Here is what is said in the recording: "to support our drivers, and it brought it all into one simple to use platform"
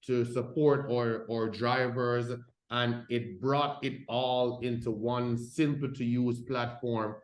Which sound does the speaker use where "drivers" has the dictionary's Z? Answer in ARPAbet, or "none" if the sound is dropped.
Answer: Z